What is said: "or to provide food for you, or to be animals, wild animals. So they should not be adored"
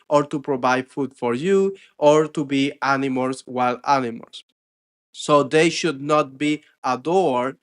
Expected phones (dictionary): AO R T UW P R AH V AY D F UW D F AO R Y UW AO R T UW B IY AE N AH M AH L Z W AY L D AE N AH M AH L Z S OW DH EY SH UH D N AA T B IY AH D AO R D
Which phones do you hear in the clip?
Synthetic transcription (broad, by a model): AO R T UW P R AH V AY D F UW D F AO R Y UW AO R T UW B IY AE N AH M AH L S W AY L AE N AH M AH L S OW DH EY SH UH D N AA T B IY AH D AO R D